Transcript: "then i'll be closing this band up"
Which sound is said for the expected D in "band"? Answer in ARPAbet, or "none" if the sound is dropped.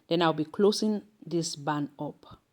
none